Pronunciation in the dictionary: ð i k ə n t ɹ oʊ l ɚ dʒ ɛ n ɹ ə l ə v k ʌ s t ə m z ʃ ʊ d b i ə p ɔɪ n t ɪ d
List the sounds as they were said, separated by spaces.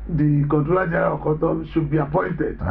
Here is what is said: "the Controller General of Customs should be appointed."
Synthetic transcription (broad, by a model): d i k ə n t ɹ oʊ l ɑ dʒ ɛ ɹ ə k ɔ t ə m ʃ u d b i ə p ɔɪ n t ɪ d